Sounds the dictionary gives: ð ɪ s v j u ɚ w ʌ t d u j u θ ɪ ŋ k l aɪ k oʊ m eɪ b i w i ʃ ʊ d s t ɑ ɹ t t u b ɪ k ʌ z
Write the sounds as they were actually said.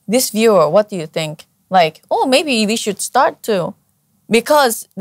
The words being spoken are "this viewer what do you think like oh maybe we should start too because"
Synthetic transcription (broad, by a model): ð ɪ s v j u ɚ w ʌ t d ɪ j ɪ θ ɪ ŋ k l aɪ k oʊ m eɪ b i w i ʃ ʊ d s t ɑ ɹ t t u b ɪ k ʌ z